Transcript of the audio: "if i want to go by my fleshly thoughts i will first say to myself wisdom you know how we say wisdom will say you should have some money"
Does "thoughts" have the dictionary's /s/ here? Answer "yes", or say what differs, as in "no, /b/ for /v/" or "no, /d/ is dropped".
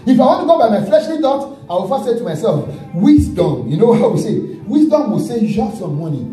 no, /s/ is dropped